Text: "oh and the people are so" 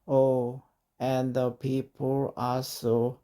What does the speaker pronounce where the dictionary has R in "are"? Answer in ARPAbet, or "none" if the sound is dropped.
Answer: L